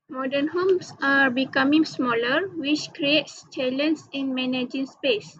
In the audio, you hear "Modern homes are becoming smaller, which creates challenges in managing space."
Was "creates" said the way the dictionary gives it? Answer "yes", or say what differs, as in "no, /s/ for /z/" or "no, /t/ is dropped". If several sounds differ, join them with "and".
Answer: yes